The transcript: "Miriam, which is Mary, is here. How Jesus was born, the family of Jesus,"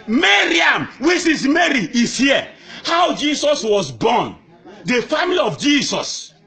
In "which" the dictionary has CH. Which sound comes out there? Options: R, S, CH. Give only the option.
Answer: S